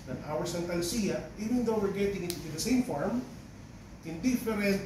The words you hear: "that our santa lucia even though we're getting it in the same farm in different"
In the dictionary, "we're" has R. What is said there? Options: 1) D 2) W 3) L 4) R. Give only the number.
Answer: 4